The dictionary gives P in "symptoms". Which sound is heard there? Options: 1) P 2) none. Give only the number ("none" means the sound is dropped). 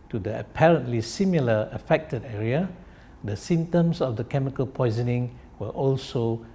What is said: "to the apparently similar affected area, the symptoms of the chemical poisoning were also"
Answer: 2